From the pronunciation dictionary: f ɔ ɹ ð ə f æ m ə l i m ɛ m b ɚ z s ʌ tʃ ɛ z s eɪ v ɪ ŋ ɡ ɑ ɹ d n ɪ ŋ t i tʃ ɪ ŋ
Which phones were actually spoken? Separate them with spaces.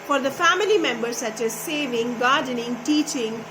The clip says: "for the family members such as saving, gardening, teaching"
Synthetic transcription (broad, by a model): f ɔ ɹ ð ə f æ m ə l i m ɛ m b ɚ s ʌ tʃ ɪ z s eɪ v ɪ ŋ ɡ ɑ ɹ d n ɪ ŋ t i tʃ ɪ ŋ